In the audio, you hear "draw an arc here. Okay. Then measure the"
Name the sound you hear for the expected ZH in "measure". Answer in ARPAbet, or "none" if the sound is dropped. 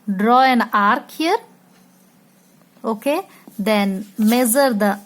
Z